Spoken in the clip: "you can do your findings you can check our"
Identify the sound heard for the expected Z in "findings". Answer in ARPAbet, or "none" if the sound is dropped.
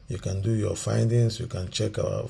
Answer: S